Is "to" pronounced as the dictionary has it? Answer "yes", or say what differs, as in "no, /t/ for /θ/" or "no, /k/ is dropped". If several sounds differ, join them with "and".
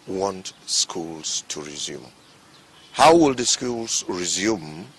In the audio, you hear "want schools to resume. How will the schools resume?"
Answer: yes